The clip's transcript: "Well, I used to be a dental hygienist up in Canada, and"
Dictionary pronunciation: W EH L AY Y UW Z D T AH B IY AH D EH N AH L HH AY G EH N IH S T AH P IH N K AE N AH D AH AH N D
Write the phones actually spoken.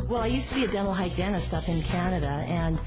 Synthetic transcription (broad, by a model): W EH L AY Y UW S T AH B IY AH D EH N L HH AY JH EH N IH S T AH F IH N K AE N AH D AH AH N